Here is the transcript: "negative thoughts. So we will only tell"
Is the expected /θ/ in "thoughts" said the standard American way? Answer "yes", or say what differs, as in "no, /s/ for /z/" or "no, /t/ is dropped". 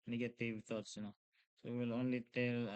no, /t/ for /θ/